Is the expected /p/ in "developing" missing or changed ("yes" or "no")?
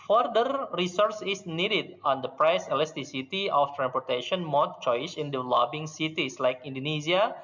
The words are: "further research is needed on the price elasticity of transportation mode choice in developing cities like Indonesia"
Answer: yes